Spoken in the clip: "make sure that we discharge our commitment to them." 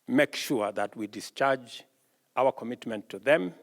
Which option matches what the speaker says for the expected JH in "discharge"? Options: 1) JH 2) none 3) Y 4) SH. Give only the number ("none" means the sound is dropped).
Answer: 1